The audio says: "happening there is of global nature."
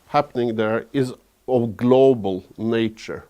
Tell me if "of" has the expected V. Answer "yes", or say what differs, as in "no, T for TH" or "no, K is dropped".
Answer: yes